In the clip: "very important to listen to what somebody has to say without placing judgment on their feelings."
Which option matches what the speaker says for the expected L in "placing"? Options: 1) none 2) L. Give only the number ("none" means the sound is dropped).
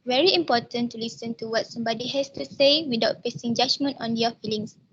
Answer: 1